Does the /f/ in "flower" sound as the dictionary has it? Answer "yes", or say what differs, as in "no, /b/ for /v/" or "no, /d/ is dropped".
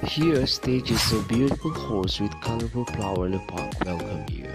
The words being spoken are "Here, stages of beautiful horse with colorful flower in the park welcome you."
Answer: no, /p/ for /f/